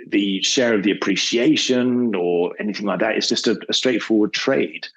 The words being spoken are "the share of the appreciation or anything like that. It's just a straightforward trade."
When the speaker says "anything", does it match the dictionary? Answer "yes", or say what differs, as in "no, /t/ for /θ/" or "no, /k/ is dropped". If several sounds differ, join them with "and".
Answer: yes